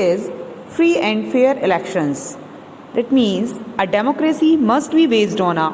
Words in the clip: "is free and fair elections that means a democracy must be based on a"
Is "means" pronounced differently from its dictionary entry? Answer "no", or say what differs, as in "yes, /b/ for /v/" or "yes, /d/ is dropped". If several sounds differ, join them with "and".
no